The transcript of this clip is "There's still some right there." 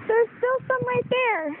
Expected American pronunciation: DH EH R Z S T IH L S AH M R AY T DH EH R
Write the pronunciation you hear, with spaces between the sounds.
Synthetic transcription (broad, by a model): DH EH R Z S T IH L S AH M L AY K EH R